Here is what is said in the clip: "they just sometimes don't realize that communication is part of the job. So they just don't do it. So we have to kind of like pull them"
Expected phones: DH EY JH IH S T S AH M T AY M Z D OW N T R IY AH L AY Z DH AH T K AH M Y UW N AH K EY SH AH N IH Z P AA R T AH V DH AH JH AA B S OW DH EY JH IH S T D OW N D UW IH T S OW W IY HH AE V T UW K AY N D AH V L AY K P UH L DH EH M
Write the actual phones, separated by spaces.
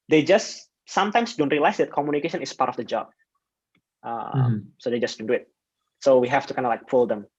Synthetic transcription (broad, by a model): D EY JH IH S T S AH M T AY M S D OW N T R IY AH L AY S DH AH T K AH M Y UW N AH K EY SH AH N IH S P AA R T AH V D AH JH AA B S OW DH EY JH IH S D OW N D UW IH T S OW W IY HH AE F T UW K AY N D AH L AY K F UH L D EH M